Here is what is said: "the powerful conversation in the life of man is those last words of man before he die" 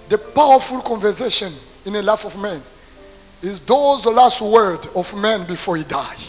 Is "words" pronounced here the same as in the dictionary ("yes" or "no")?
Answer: no